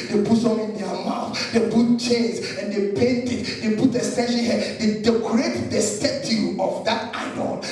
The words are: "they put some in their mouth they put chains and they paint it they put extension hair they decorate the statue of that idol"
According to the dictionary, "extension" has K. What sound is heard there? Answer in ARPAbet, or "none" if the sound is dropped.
none